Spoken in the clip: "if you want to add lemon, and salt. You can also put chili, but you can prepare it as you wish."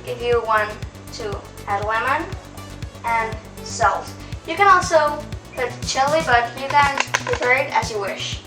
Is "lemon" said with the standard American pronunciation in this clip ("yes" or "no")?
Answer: no